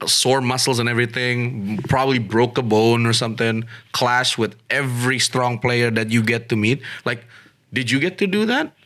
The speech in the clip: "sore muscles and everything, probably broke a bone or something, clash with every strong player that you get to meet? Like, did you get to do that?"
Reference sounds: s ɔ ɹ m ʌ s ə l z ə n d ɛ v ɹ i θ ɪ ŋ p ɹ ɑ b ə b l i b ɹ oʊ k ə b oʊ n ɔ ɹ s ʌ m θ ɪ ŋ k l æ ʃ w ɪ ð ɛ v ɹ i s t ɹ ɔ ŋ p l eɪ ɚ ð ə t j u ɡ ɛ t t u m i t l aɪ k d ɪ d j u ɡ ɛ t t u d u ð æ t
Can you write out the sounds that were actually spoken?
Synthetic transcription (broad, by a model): s ɔ ɹ m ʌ s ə l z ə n ɛ v ɹ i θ ɪ ŋ p ɹ ɑ b ə b l i b ɹ oʊ k ə b oʊ n ɔ ɹ s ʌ m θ ɪ ŋ k l æ ʃ w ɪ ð ɛ v ɹ i s t ɹ ɔ ŋ p l eɪ ɚ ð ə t j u ɡ ɛ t t u m i t l aɪ k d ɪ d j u ɡ ɛ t t u d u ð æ t